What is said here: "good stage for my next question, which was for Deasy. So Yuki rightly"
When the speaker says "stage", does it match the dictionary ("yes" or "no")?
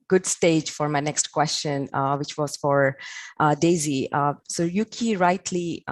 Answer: yes